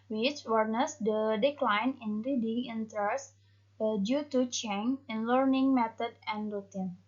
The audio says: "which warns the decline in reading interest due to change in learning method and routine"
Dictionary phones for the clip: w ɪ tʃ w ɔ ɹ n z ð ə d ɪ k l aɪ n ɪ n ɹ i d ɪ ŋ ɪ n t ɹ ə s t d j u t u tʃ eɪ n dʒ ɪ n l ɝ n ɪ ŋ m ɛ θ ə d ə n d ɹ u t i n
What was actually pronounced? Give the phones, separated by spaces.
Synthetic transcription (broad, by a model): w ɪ tʃ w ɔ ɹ n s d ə d ɪ k l aɪ n ɪ n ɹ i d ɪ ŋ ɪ n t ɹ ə s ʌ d j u t u tʃ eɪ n ɪ n l ɝ n ɪ ŋ m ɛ t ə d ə n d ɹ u t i n